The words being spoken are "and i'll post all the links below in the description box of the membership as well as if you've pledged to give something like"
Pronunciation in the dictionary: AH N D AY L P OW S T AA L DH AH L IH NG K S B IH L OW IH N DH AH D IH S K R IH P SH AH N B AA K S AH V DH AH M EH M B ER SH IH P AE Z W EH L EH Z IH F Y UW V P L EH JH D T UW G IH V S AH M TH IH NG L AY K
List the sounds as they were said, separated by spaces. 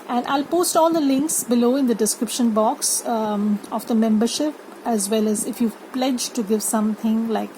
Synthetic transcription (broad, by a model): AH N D AY L P OW S T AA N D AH L IH NG K S B IH L OW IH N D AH D IH S K R IH P SH AH N B AA K S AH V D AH M EH M B ER SH IH P AE Z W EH L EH Z IH F Y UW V P L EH JH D T UW G IH V S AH M T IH NG L AY K